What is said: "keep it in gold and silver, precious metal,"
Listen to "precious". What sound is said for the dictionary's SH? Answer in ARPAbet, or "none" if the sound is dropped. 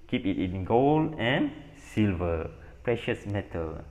SH